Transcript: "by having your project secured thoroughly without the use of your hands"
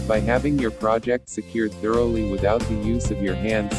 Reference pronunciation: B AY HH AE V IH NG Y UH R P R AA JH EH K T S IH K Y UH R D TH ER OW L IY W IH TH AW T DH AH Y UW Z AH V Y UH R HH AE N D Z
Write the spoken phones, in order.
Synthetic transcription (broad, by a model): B AY HH AE V IH NG Y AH R P R AA JH EH K T S IH K Y UH R D TH ER OW L IY W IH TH AW T DH AH Y UW Z AH V Y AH R HH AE N D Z